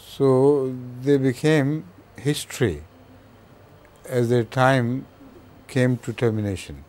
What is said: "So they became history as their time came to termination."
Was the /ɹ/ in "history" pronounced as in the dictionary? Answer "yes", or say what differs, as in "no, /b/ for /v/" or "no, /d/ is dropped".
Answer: yes